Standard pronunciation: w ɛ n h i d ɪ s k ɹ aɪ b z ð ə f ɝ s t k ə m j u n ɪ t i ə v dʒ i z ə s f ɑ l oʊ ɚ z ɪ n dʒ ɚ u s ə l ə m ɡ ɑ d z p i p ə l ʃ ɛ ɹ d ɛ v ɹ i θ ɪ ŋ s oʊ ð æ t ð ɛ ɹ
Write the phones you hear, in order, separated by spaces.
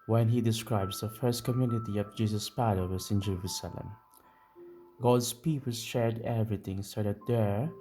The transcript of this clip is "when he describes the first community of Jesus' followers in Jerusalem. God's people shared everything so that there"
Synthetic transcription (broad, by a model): w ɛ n h i d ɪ s k ɹ aɪ b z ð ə f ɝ s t k ə m j u n ɪ t i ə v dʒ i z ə s p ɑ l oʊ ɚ s ɪ n dʒ ɚ u s ə l ə m ɡ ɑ d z p i p ə l ʃ ɛ ɹ d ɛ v ɹ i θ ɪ ŋ s oʊ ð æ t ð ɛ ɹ